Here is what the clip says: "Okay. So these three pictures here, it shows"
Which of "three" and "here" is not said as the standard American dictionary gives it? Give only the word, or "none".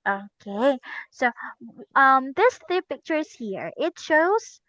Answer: three